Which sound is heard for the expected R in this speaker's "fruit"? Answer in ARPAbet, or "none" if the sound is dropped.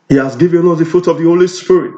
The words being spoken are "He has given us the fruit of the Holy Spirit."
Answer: none